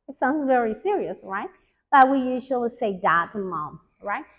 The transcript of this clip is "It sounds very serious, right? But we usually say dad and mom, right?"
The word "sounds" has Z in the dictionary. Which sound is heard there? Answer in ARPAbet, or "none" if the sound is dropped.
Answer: Z